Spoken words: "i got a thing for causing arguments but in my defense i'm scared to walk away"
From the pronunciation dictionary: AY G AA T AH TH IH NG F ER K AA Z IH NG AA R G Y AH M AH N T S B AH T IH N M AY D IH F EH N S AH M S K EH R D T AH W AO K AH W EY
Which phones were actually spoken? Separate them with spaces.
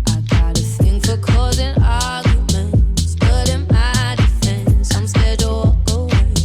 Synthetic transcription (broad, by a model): AY G AA T AH TH IH NG F ER K AA Z IH NG AA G Y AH M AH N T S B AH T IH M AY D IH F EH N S AH M S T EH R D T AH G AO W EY